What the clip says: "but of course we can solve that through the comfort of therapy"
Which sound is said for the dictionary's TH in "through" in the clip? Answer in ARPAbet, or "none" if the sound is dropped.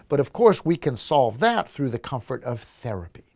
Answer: TH